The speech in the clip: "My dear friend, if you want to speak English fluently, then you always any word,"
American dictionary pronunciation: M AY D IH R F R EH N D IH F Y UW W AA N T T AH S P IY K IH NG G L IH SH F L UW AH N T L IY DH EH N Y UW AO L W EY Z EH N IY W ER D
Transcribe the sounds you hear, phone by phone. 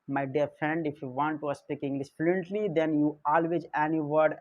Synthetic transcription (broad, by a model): M AY D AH R F R EH N D IH F Y UW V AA N T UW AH S P IY K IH NG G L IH S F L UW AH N T L IY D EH N Y UW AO L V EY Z EH N IY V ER D